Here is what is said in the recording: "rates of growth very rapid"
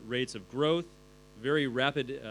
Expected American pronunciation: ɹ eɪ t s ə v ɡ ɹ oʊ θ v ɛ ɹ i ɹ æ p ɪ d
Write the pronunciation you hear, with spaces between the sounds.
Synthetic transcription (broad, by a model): ɹ eɪ t s ə v ɡ ɹ oʊ θ v ɛ ɹ i ɹ æ p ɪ d